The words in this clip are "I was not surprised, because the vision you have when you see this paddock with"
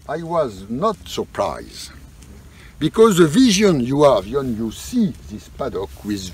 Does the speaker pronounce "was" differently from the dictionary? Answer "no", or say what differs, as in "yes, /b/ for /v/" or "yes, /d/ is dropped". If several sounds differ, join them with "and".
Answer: no